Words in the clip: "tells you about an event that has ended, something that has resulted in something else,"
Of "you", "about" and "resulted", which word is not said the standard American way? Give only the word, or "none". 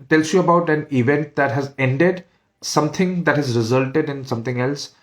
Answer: none